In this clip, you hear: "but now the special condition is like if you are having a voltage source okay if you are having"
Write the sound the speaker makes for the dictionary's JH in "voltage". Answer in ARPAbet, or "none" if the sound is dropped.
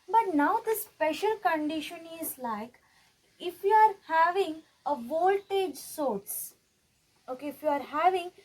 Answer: JH